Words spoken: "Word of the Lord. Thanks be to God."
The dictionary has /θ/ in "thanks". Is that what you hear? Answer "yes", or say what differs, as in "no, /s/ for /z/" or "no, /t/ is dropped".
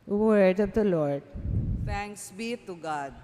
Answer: no, /t/ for /θ/